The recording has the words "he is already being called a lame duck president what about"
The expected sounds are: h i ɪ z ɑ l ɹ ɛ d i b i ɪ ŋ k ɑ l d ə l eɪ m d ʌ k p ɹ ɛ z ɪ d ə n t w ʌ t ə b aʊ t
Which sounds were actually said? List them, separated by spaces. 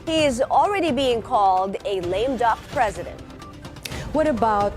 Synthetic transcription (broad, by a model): h i ɪ z l ɹ ɛ d i b i ɪ ŋ k ɑ l d ə l eɪ m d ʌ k p ɹ ɛ z ɪ d ə n t w ʌ t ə b aʊ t